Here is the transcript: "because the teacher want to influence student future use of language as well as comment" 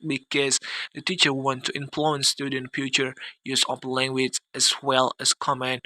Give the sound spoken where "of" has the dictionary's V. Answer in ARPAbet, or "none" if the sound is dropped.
P